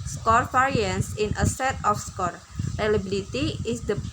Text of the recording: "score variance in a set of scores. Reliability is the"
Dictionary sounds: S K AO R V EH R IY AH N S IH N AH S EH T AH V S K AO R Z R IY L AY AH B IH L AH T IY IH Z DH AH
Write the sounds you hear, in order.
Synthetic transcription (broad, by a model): S K AO R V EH R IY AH N S IH N AH S EH T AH F S K AO R R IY L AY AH B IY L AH T IY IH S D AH